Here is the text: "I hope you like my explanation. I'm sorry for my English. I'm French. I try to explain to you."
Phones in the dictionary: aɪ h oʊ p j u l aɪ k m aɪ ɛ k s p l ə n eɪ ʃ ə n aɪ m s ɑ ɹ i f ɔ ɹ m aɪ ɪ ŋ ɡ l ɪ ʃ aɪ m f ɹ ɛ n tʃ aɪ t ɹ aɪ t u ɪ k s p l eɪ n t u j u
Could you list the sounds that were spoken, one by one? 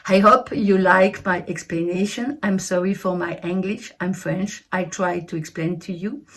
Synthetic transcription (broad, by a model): aɪ h oʊ p j u l aɪ k m aɪ ɛ k s p l ə n eɪ ʃ ə n aɪ m s ɑ ɹ i f ɔ ɹ m aɪ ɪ ŋ ɡ l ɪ ʃ aɪ m f ɹ ɛ n tʃ aɪ t ɹ aɪ t u ɪ k s p l eɪ n t u j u